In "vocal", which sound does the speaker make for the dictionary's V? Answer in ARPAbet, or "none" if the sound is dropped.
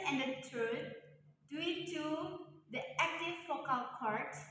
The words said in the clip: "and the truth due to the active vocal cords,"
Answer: F